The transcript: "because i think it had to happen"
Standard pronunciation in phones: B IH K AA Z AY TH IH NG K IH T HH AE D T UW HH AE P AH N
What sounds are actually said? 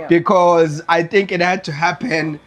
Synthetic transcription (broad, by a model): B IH K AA Z AY TH IH NG K IH T HH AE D T UW HH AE P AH N